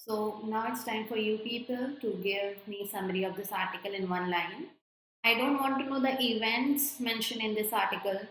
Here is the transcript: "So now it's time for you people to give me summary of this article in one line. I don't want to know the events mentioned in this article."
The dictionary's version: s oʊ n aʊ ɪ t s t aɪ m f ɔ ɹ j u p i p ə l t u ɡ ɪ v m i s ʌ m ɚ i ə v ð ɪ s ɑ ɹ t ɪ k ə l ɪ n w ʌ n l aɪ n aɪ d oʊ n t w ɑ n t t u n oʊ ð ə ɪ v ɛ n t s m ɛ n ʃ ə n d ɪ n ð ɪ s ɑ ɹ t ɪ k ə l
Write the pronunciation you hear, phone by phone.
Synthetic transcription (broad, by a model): s oʊ n aʊ ɪ t s t aɪ m f ɔ ɹ j u p i p ə l t u ɡ ɪ v m i s ʌ m ɚ i ə v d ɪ s ɑ ɹ t ɪ k ə l ɪ n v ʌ n l aɪ n aɪ d oʊ n t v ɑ n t t u n oʊ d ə ɪ v ɛ n t s m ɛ n ʃ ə n ɪ n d ɪ s ɑ ɹ t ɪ k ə l